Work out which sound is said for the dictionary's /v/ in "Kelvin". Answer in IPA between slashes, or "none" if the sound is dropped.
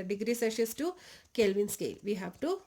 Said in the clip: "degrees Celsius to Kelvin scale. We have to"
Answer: /v/